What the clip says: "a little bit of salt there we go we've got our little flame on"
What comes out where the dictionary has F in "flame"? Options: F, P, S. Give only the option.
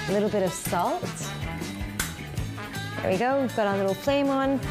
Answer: P